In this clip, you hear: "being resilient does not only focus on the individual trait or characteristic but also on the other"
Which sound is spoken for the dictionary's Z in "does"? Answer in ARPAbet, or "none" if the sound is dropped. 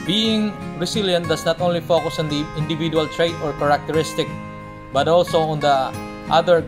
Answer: S